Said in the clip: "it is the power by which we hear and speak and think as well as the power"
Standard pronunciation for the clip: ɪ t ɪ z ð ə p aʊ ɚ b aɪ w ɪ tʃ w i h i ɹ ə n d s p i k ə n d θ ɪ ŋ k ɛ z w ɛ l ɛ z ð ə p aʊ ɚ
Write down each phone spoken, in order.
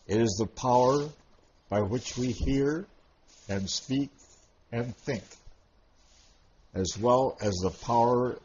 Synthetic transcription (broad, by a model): ɪ t ɪ z ð ə p aʊ ɚ b aɪ w ɪ tʃ w i h i ɹ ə n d s p i k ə n θ ɪ ŋ k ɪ z w ɛ l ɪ z ð ə p aʊ ɚ